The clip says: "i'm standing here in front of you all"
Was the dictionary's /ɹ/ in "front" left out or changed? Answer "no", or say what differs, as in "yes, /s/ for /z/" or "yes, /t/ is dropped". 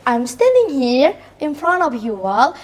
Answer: no